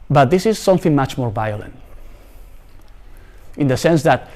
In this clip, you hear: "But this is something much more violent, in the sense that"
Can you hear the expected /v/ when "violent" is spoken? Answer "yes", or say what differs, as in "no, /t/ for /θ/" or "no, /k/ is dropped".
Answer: yes